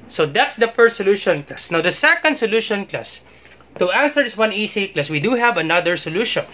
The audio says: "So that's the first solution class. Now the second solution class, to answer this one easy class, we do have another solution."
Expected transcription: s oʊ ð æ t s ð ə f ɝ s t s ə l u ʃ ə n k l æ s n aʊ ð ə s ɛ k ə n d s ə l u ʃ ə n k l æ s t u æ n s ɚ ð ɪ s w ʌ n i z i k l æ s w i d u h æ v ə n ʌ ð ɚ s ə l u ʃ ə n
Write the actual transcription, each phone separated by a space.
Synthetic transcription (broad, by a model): s oʊ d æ t s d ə f ɝ s t s ə l u ʃ ə n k l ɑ s n aʊ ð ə s ɛ k ə n d s ə l u ʃ ə n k l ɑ s t u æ n s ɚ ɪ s w ʌ n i s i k l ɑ s w i d u h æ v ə n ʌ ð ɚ s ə l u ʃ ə n